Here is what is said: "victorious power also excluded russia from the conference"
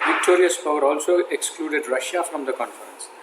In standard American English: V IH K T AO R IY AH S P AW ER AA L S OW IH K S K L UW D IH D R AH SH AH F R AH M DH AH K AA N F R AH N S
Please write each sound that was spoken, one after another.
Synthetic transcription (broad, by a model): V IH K T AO R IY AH S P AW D AA L S OW IH K S K L UW D IH D R AH SH AH F R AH M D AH K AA N F R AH N S